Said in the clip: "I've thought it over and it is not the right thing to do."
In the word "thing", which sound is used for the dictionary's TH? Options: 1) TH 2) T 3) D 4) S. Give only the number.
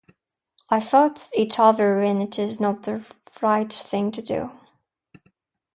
1